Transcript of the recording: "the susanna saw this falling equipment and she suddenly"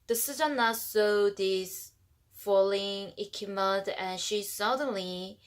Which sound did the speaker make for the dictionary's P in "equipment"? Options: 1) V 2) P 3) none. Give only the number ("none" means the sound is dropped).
3